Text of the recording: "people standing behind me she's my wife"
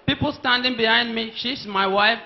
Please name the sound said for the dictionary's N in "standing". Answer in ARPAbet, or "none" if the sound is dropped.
N